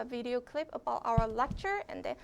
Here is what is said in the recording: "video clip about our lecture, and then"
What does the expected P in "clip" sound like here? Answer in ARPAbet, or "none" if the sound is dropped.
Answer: P